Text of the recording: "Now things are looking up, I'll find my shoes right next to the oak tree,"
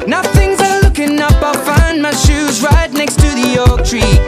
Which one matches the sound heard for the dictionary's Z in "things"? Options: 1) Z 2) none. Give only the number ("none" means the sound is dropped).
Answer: 1